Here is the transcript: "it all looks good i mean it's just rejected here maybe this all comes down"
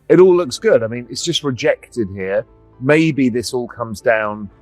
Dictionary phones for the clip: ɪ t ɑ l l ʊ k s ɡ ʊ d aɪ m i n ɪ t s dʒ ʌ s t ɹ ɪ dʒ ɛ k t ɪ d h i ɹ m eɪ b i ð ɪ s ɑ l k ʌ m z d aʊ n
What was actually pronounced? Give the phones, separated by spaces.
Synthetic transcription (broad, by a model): ɪ t ɑ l l ʊ k s ɡ ʊ d aɪ m i n ɪ t s dʒ ʌ s t ɹ ɪ dʒ ɛ k t ɪ d h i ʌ m eɪ b i ð ɪ s ɑ l k ʌ m z d aʊ n